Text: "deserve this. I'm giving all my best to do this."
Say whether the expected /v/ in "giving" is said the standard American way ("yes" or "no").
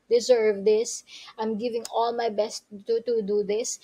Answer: yes